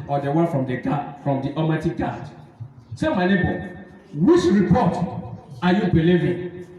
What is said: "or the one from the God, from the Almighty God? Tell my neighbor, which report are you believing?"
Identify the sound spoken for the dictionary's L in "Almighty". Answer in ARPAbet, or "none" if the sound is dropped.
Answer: none